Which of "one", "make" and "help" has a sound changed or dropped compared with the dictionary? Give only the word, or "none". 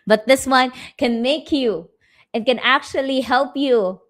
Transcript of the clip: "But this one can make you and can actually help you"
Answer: none